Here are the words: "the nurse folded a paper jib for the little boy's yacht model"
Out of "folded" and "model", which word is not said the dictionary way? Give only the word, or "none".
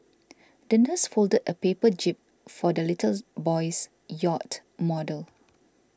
none